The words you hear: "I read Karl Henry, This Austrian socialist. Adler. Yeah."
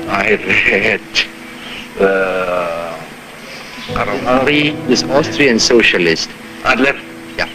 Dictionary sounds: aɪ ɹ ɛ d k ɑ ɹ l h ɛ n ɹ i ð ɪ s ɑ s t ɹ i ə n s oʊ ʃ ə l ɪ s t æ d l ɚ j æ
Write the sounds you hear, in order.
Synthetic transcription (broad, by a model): aɪ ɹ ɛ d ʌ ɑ ɹ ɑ ɹ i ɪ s ɑ s t ɹ i ə n s oʊ ʃ ə l ɪ s t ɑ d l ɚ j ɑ